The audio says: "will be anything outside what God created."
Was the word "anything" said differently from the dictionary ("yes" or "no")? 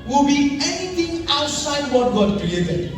yes